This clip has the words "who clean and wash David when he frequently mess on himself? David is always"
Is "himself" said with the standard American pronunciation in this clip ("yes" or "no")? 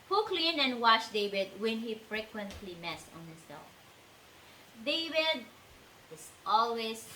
no